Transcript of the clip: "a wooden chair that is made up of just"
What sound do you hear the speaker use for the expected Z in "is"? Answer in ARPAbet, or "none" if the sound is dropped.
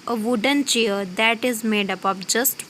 Z